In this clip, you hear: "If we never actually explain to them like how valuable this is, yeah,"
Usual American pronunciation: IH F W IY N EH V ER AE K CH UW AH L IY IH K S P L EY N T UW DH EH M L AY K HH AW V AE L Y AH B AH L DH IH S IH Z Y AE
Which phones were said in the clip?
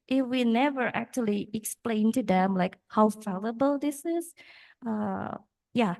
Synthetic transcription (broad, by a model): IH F W IY N EH V ER AE K CH UW AH L IY IH K S P L EY N T UW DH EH M L AY K HH AW F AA L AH B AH L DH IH S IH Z Y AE